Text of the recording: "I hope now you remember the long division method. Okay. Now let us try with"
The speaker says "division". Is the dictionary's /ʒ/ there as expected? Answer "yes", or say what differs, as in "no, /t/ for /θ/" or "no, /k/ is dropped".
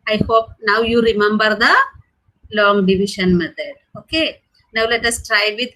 no, /ʃ/ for /ʒ/